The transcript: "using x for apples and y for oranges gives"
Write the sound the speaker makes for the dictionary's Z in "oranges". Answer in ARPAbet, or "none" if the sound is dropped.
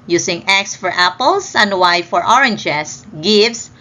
S